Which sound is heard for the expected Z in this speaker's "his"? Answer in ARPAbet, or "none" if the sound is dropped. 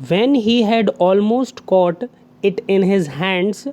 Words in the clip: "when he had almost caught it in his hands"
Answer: Z